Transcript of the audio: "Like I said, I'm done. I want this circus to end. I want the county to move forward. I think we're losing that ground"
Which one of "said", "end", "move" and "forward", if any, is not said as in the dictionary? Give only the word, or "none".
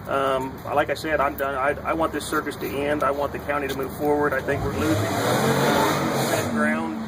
none